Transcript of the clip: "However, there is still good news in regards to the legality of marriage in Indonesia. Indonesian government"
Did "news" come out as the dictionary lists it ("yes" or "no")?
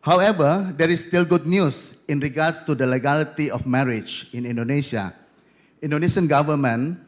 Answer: no